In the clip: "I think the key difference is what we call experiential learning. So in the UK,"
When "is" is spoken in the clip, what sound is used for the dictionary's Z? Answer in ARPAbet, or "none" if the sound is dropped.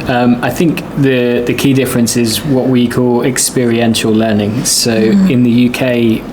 Z